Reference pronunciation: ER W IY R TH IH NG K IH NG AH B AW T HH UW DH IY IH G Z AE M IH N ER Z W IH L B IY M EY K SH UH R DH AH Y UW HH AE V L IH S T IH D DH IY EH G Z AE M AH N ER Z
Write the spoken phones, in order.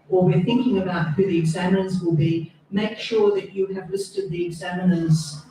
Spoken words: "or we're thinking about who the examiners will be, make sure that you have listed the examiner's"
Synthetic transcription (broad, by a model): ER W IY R TH IH NG K IH NG AH B AW T HH UW DH IY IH G Z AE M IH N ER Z W IH L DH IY M EY K SH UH R DH AH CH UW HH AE V L IH S T IH D DH IY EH G Z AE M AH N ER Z